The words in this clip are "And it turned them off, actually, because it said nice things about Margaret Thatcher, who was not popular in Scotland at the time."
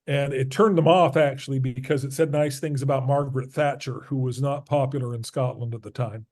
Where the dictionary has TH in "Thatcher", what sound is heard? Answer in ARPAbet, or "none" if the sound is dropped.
TH